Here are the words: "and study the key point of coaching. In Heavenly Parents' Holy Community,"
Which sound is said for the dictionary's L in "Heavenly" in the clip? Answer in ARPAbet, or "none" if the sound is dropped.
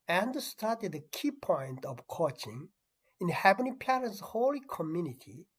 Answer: none